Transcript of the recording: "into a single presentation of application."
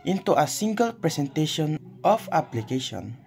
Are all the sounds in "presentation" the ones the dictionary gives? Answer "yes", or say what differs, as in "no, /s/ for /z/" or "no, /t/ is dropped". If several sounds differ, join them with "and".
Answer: no, /s/ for /z/